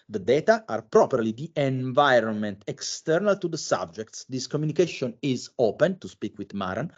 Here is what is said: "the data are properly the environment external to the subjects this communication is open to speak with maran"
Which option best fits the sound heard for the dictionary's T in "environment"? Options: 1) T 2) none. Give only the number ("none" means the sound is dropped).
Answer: 1